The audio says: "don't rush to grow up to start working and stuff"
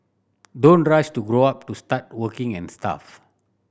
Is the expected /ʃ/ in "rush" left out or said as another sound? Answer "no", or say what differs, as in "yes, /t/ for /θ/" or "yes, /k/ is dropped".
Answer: yes, /s/ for /ʃ/